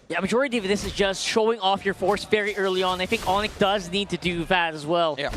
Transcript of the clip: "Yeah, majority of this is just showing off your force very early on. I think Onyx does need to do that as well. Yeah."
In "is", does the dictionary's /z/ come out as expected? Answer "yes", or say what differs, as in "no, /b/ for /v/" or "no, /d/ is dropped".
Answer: yes